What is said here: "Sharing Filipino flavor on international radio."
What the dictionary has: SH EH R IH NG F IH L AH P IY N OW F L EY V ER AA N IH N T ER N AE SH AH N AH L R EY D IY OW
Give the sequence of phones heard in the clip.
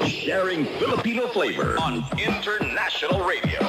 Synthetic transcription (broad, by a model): SH EH R IH NG F IH L AH P IY N OW F L EY V ER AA N IH N T ER N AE SH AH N L R EY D IY OW